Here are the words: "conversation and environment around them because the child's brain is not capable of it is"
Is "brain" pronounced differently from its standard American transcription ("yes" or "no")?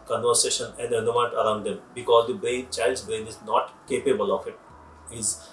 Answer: no